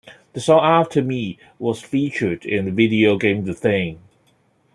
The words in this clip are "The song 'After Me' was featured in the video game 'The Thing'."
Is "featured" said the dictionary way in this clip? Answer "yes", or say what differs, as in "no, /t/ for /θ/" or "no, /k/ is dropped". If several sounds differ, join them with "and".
yes